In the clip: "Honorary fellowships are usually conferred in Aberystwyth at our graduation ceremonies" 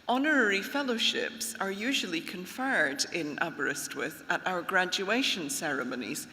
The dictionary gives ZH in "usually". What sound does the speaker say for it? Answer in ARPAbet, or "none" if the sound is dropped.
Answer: ZH